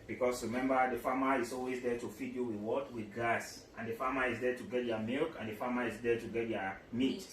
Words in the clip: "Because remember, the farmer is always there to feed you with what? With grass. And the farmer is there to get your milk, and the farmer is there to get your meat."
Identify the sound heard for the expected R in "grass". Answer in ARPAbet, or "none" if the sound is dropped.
none